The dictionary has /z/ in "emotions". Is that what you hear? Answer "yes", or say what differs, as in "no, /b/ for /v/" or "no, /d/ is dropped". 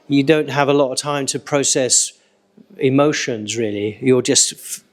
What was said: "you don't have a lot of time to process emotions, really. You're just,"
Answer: yes